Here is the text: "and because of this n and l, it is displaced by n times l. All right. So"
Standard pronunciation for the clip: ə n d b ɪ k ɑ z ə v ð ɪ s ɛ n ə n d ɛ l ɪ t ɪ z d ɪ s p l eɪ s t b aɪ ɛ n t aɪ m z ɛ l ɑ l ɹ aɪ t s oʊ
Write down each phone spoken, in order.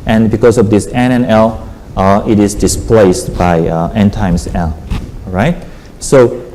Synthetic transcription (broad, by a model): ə n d b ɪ k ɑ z ə v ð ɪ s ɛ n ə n ɛ l ɪ t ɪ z d ɪ s p l eɪ s t b aɪ ɛ n t aɪ m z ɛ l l ɹ aɪ t s oʊ